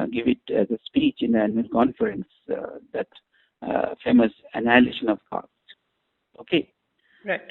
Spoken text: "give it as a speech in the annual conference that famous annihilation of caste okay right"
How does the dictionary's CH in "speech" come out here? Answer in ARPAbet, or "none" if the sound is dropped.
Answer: CH